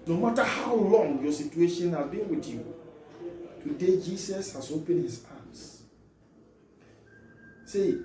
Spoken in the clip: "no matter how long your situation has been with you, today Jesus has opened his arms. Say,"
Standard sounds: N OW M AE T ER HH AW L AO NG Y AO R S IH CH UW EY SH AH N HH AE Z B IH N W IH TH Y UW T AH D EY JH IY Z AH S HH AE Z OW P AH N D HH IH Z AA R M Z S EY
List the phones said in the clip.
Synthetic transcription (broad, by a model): N OW M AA T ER HH AW L AO NG Y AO S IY CH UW EY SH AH N HH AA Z B IH N W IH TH Y UW T AH D EY JH IY S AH S HH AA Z OW P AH N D HH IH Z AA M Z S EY